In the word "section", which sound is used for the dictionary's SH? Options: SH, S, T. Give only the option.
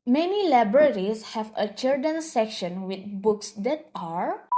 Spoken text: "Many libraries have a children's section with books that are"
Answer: SH